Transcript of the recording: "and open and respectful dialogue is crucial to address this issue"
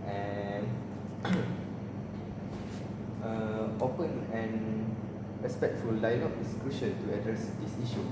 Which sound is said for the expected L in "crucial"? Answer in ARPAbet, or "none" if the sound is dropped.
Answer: N